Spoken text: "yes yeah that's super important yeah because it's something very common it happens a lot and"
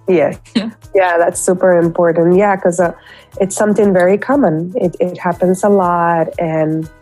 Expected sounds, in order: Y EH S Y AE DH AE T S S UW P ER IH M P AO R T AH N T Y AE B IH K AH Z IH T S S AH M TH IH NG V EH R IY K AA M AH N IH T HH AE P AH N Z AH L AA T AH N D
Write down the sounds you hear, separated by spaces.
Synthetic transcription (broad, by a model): Y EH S Y AE DH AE T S S UW P ER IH M P AO R T N T Y AE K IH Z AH IH T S S AH M TH IH NG V EH R IY K AA M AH N IH T HH AE P AH N Z AH L AA T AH N